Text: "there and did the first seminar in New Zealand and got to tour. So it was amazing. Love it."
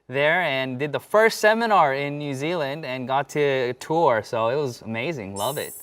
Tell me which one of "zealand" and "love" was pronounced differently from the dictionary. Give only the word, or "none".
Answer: none